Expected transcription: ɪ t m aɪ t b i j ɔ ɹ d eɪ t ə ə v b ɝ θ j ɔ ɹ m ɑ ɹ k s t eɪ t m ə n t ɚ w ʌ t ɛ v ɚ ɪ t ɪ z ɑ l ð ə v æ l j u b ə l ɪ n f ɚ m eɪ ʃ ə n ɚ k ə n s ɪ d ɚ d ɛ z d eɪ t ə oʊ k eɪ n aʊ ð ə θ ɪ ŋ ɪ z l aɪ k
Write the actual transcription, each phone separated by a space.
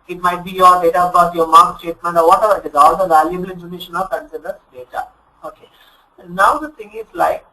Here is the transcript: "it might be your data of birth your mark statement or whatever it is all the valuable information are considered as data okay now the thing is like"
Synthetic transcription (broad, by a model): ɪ t m aɪ t b i j ɔ ɹ d eɪ t ə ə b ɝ t j ɔ ɹ m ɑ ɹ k s t eɪ t m ə n t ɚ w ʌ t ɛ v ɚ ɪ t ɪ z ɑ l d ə v æ l j u b ə l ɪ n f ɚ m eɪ ʃ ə n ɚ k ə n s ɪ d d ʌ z d eɪ t ə oʊ k eɪ n aʊ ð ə t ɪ ŋ ɪ z l aɪ k